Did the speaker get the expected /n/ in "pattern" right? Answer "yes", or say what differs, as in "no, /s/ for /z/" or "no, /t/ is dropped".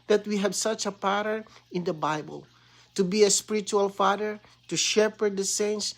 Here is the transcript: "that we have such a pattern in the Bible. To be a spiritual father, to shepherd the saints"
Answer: no, /n/ is dropped